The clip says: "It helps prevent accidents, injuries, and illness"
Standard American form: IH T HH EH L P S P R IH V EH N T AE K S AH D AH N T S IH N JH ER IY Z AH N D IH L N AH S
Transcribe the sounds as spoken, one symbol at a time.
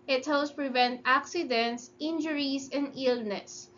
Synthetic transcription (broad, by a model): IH T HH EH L S P R IH V EH N T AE K S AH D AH N T S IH N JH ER IY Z AH N D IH L N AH S